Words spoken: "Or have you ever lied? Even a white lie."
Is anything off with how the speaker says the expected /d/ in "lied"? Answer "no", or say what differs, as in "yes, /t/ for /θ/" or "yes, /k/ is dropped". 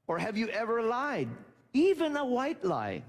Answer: no